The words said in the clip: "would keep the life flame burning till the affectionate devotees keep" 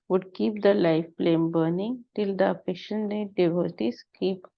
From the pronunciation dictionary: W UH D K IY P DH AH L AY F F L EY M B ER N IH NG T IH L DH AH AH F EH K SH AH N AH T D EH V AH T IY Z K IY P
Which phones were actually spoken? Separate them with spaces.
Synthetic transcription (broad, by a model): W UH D K IY P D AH L AY F P L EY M B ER N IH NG T IH L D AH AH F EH SH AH N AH D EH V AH T IY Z K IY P